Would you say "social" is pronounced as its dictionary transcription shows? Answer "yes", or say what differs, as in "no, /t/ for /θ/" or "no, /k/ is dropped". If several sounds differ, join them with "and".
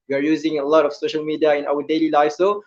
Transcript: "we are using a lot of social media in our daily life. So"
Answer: yes